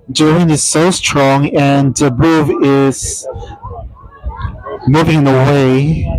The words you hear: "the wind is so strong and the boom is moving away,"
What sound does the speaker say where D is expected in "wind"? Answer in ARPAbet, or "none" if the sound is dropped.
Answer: none